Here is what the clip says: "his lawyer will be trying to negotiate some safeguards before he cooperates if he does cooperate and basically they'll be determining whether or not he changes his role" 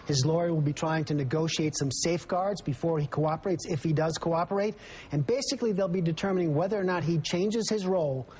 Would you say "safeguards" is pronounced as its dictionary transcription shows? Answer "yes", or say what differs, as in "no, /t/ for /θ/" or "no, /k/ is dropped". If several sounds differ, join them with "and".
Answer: yes